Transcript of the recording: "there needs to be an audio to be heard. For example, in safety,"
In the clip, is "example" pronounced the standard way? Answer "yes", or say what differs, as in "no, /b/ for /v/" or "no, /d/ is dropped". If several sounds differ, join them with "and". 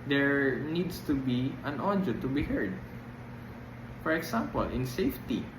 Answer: no, /s/ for /z/